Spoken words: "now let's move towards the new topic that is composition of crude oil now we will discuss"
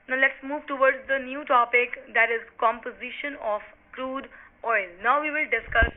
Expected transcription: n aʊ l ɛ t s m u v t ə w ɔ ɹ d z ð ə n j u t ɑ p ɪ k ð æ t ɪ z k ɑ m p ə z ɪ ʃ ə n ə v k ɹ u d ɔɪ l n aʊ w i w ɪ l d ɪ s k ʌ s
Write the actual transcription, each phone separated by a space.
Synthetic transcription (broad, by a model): n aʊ l ɛ t s m u v t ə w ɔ ɹ d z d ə n j u t ɑ p ɪ k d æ t ɪ z k ɑ m p ə z ɪ ʃ ə n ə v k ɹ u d ɔɪ l n aʊ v i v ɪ l d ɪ s k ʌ s